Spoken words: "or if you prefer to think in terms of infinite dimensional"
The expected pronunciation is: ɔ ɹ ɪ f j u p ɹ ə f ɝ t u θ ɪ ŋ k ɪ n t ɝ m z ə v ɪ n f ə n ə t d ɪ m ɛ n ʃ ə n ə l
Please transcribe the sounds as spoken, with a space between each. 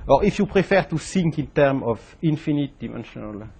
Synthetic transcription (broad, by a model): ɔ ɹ ɪ f j u p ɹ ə f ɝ t u s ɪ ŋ k ɪ n t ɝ m ə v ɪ n f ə n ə t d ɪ m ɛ n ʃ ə n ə l